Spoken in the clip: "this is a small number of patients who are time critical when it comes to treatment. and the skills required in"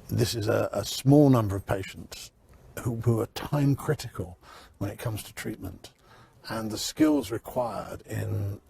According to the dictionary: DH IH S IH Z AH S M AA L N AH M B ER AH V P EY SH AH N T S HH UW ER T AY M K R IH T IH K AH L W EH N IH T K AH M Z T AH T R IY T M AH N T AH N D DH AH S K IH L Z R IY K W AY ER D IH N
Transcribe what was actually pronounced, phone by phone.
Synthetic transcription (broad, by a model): DH IH S IH Z AH S M AA L N AH M B ER AH V P EY SH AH N T S HH UW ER T AY M K R IH T IH K AH L W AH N IH T K AH M Z T AH T R IY T M AH N T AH N DH AH S K IH L Z R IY K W AY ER D IH N